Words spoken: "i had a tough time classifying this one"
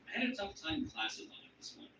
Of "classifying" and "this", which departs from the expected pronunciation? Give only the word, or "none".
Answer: classifying